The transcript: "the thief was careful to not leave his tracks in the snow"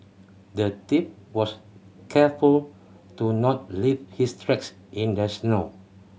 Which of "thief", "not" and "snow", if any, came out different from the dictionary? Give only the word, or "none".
thief